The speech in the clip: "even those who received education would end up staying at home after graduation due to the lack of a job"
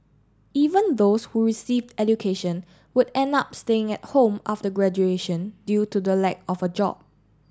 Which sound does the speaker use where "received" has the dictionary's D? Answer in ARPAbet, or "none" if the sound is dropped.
D